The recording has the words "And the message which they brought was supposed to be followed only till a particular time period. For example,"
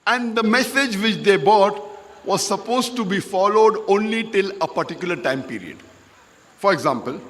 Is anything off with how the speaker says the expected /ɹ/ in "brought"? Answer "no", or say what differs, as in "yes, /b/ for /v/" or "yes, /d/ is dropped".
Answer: yes, /ɹ/ is dropped